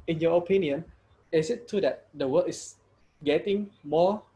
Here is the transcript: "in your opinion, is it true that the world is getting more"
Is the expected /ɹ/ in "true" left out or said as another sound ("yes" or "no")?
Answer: yes